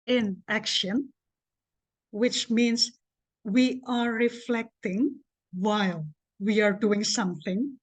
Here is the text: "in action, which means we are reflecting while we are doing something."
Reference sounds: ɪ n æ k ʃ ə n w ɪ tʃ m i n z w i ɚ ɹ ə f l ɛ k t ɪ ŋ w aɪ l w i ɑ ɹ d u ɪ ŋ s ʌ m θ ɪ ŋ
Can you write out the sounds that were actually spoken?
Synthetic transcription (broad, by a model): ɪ n æ k ʃ ə n w ɪ tʃ m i n s w i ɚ ɹ ə f l ɛ k t ɪ ŋ w aɪ l w i ɑ ɹ d u ɪ ŋ s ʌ m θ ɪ ŋ